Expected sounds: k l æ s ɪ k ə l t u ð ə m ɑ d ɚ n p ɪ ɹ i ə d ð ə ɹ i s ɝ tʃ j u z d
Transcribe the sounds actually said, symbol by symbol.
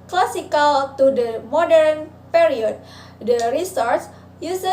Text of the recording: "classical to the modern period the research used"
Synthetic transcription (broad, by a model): k l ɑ s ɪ k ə l t u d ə m ɑ d ɚ n p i ɹ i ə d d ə ɹ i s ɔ s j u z